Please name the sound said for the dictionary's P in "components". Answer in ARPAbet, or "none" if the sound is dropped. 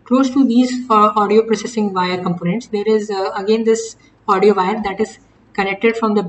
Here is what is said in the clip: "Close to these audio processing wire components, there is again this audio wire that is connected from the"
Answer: P